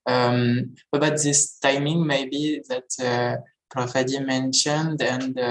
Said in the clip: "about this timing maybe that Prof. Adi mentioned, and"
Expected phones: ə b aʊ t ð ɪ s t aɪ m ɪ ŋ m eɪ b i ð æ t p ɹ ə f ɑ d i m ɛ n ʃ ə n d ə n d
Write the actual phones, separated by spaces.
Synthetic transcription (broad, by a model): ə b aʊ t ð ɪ s t aɪ m ɪ ŋ m eɪ b i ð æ t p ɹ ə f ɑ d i m ɛ n ʃ ə n d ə n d